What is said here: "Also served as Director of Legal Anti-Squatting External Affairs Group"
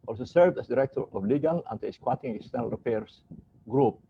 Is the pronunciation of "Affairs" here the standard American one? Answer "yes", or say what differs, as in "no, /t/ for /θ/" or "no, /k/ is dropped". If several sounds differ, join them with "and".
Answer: no, /p/ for /f/ and /s/ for /z/